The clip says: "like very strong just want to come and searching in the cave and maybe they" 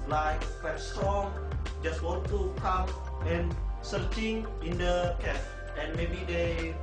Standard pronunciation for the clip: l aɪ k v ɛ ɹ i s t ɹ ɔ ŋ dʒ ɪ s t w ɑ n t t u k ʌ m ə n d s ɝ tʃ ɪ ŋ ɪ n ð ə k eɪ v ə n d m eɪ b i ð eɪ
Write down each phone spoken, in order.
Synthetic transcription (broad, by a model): l aɪ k f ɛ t s t ɹ ɔ ŋ dʒ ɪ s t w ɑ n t t u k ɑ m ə n s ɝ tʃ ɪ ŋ ɪ n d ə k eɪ p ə n m eɪ b i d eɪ